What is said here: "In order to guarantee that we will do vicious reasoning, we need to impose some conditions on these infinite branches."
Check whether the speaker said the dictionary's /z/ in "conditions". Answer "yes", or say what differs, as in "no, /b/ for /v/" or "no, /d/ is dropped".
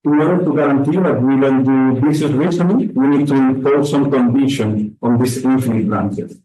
no, /z/ is dropped